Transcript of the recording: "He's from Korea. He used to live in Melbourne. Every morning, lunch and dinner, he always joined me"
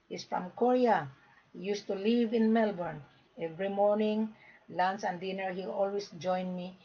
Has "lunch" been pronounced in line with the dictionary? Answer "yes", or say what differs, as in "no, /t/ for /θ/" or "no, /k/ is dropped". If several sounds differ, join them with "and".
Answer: no, /s/ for /tʃ/